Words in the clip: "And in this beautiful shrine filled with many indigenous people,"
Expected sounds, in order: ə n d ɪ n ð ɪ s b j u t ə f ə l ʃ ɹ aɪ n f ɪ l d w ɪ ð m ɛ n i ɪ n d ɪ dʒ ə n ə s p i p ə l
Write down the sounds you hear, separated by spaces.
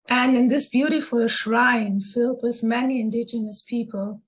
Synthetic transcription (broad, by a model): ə n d ɪ n ð ɪ s b j u t ə f ə l ʃ ɹ aɪ n f ɪ l d w ɪ ð m ɛ n i ɪ n d ɪ dʒ ə n ə s p i p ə l